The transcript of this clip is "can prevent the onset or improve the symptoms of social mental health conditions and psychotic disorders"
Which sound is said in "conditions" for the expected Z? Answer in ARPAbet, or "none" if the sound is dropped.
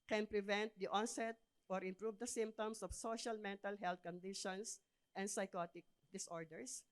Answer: S